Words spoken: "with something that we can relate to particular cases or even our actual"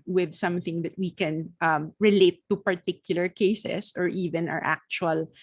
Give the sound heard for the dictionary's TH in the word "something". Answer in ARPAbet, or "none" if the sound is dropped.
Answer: TH